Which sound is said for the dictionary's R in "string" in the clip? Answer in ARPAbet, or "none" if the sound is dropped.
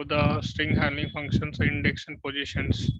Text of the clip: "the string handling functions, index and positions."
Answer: R